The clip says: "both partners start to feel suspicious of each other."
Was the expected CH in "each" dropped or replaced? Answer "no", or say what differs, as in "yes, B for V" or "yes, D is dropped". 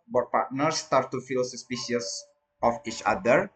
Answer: no